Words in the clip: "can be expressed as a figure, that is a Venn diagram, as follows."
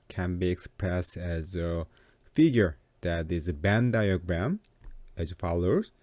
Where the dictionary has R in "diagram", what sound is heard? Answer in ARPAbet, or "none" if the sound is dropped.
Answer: R